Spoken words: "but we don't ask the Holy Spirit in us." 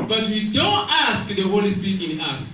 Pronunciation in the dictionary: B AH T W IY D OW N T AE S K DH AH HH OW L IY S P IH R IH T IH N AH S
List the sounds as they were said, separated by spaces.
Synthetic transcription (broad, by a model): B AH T W IY D OW N T AE S K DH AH HH OW L IY S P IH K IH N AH S